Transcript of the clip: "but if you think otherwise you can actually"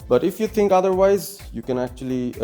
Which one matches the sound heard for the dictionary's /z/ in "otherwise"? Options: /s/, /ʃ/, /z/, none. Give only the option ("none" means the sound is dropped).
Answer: /z/